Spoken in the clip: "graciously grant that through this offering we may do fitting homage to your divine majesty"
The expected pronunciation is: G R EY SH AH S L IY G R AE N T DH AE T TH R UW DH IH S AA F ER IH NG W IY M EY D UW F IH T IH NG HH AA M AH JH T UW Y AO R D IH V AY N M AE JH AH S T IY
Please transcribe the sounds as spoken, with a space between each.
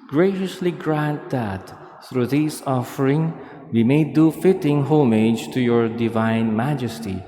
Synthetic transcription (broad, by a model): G R EY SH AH S L IY G R AE N T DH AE T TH R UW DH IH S AA F ER IH NG W IY M EY D UW F IH T IH NG HH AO M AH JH T UW Y AO R D IH V AY N M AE JH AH S T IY